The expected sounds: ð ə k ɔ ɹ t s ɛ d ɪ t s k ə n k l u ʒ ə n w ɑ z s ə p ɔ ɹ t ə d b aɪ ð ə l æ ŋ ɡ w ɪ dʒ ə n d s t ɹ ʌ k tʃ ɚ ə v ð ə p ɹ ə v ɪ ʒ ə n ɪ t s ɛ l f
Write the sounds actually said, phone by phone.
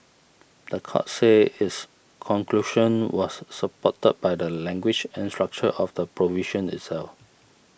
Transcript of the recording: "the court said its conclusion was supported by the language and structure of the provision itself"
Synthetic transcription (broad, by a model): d ə k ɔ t s ɛ ɪ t s k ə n k l u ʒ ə n w ɑ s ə p ɔ t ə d b aɪ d ə l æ ŋ ɡ w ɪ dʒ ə n s t ɹ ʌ k tʃ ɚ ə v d ə p ɹ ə v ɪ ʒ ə n ɪ t s ɛ l f